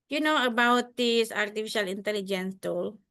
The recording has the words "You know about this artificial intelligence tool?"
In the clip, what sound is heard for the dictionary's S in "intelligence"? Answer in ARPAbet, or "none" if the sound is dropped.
S